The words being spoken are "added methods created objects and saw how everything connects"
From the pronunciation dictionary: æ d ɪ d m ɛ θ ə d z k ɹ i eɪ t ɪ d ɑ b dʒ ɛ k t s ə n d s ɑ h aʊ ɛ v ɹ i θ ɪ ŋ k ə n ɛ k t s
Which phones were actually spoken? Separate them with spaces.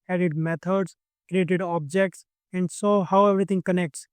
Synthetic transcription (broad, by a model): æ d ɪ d m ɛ t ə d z k ɹ i eɪ t ɪ d ɑ b dʒ ɛ k t s ə n d s ɑ h aʊ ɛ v ɹ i t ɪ ŋ k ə n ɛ k t s